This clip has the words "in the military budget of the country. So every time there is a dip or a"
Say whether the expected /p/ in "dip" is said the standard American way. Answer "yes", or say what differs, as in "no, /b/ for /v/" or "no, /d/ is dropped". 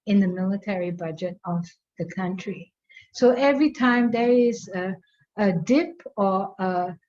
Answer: yes